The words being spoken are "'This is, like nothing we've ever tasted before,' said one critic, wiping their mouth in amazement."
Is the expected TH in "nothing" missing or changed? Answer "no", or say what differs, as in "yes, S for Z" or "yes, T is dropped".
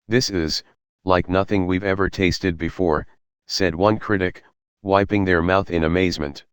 no